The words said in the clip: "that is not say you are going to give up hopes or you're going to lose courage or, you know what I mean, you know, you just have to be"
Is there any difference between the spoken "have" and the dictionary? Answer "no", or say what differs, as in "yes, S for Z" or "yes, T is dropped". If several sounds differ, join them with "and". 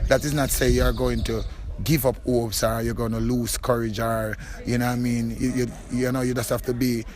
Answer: yes, F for V